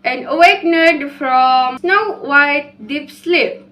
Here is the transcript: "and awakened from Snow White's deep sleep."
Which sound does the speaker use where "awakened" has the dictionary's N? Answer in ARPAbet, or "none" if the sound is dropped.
none